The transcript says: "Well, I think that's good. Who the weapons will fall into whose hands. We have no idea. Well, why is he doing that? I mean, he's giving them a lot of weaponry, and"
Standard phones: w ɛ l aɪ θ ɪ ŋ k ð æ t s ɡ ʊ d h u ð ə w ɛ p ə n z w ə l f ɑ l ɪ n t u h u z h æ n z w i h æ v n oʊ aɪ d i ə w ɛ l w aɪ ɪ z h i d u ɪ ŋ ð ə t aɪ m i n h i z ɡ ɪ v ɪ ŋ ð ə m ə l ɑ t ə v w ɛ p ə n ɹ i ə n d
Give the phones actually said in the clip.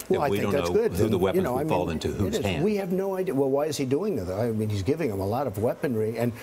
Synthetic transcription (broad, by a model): w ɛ l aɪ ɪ k ð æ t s ɡ ʊ d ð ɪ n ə w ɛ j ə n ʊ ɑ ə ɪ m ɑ l ɪ n t u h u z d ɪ z w i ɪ v n oʊ aɪ d i ə w ɛ l w aɪ ɪ z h i d u ɪ ŋ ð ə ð aɪ m i n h i z ɡ ɪ v ɪ ŋ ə m ə l ɑ t ə v w ɛ p ə n ɹ i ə n